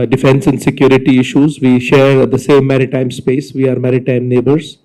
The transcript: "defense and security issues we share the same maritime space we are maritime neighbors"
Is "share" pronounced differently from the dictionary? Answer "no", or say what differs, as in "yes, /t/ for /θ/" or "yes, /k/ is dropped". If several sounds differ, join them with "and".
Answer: no